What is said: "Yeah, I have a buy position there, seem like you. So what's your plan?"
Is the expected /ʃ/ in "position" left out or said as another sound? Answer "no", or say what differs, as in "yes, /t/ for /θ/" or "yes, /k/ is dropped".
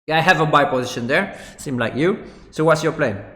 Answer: no